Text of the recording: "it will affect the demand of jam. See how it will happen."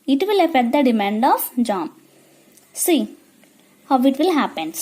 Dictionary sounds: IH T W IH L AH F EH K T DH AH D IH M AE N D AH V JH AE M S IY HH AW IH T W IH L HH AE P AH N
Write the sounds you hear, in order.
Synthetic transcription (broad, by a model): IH T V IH L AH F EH T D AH D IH M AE N D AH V JH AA M S IY HH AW IH T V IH L HH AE P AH N